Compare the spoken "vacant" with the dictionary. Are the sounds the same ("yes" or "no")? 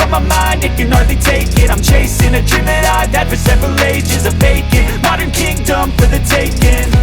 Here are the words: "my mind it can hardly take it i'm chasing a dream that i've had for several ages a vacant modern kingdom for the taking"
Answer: no